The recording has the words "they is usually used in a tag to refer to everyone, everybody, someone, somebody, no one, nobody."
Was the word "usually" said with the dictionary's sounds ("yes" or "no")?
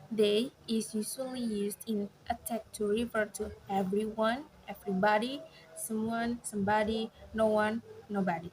no